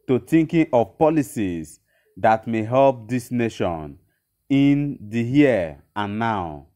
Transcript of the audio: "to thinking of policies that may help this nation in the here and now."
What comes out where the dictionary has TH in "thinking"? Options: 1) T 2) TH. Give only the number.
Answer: 1